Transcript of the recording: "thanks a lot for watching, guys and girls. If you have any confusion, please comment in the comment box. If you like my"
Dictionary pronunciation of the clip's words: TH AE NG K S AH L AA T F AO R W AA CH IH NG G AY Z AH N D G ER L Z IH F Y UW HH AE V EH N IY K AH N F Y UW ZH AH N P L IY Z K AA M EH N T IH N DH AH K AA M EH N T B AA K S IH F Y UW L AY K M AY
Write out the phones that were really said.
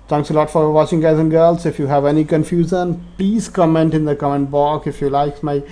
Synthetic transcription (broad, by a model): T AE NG K S AH L AA T F AO R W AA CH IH NG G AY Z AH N G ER L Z IH F Y UW HH AE V EH N IY K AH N F Y UW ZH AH N P L IY Z K AA M EH N T IH N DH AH K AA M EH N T B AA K IH F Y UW L AY K M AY